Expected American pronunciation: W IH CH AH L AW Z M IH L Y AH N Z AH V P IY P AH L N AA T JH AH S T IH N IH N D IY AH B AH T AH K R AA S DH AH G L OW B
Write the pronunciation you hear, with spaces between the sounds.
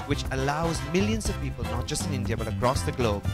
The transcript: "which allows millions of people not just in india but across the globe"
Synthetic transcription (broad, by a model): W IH CH AH L AW Z M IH L Y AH N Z AH V P IY P AH L N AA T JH AH S T IH N IH N D IY AH B AH T AH K R AA S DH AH G L OW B